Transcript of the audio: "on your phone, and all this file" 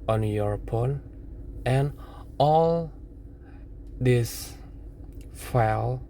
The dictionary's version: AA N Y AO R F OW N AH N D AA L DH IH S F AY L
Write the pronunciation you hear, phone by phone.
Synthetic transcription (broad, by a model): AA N Y AO R P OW N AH N AA L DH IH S F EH L